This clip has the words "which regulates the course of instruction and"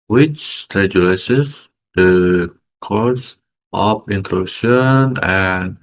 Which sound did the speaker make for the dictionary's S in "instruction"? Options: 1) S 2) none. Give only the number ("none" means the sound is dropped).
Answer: 2